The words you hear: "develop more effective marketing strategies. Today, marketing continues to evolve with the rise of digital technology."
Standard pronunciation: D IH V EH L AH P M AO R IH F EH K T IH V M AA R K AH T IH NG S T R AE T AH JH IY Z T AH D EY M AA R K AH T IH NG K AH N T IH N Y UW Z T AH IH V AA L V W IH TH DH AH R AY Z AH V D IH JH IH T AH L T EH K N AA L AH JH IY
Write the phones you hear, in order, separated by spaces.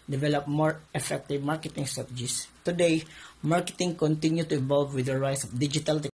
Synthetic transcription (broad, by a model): D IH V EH L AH P M AO R IH F EH K T IH V M AA R K AH T IH NG S T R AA T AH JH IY S T AH D EY M AA R K AH T IH NG K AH N T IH N Y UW T AH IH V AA L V W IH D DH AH R AY S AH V D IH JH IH T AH L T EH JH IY